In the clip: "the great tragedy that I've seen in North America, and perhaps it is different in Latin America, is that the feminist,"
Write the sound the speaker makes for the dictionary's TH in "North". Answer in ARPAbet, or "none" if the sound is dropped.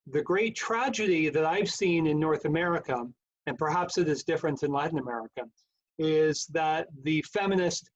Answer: TH